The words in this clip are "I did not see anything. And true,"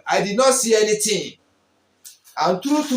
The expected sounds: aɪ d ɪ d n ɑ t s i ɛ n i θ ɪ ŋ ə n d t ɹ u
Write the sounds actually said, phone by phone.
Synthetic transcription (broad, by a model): aɪ d ɪ d n ɑ t s i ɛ n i t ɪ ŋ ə n t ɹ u